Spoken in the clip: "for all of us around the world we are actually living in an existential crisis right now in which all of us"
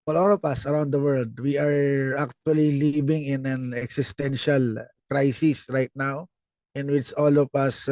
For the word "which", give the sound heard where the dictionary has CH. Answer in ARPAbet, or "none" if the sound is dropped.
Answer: CH